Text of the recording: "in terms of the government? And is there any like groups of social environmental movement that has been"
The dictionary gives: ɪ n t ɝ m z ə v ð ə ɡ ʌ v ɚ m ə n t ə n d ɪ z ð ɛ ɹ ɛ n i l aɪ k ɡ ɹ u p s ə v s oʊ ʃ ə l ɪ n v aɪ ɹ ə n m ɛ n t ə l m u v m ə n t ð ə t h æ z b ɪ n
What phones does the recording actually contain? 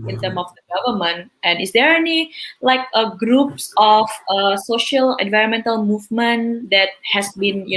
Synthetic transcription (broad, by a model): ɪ n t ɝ m ə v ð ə ɡ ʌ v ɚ m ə n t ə n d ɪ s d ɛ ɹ ɛ n i l aɪ k ɡ ɹ u p s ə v s oʊ ʃ ə l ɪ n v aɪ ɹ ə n m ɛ n t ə l m u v m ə n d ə t h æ s b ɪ n